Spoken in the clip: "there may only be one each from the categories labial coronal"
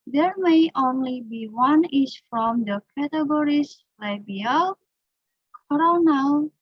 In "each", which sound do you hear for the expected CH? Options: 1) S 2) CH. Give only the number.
1